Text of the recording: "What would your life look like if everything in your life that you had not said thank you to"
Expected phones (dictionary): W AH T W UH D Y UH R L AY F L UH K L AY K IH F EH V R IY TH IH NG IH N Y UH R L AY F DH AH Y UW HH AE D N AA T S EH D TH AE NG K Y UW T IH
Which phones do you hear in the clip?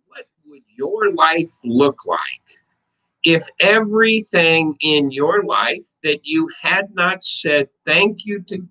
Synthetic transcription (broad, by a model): W AH T W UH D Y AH R L AY F L UH K L AY K IH F EH V R IY TH IH NG IH N Y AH R L AY F DH AH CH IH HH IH D N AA T S EH D TH AE NG K Y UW T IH